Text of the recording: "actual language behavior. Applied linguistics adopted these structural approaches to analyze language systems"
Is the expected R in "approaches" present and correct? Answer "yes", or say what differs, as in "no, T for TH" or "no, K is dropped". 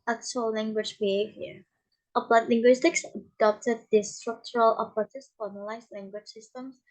no, L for R